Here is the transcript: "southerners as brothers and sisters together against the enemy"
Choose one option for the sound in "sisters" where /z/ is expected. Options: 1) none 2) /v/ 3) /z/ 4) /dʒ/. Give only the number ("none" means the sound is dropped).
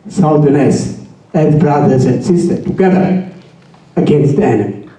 1